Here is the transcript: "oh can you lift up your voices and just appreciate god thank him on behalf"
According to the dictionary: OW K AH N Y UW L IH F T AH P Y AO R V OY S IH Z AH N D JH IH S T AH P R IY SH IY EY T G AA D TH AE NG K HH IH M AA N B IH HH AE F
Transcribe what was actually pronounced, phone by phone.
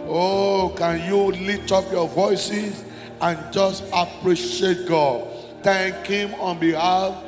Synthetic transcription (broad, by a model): OW K AH N Y UW L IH T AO P Y AO V OY S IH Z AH N JH IH S T AH P R IY SH IY EY T G AA D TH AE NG K HH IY M AA N B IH HH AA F